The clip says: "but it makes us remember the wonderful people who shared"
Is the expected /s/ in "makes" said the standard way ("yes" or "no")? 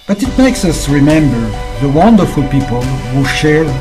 yes